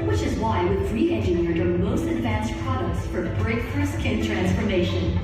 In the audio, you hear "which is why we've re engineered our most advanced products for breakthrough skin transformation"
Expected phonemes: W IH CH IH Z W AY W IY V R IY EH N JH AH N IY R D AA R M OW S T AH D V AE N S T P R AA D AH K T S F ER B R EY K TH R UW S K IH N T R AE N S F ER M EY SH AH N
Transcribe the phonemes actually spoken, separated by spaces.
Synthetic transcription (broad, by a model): W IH CH IH Z W AY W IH R IY EH N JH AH N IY R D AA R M OW S T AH D V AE N S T P R AA D AH K T S F ER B R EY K F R S K IH N T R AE N S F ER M EY SH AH N